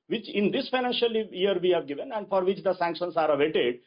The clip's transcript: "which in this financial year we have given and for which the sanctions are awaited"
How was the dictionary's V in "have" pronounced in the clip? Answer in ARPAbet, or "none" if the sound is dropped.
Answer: V